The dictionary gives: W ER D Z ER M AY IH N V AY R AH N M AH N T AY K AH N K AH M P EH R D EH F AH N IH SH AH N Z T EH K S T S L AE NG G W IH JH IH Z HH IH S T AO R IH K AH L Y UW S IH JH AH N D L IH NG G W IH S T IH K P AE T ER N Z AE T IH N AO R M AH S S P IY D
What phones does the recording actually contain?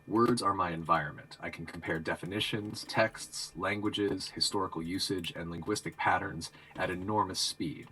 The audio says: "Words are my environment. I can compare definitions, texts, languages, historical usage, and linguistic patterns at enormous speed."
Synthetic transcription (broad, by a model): W ER D Z ER M AY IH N V AY R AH N M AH N T AY K N K M P EH R D EH F AH N IH SH AH N Z T EH K S T S L AE NG G W IH JH IH Z HH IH S T AO R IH K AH L Y UW S IH JH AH N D L IH NG G W IH S T IH K P AE T ER N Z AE T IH N AO R M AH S S P IY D